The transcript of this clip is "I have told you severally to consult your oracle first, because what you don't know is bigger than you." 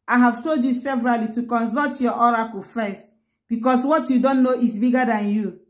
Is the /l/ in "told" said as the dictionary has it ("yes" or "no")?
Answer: yes